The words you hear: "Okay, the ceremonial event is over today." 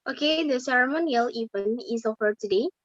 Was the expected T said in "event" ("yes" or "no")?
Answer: no